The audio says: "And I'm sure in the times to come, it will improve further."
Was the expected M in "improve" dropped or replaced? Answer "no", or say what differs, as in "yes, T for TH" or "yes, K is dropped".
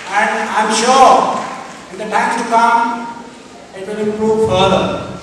yes, M is dropped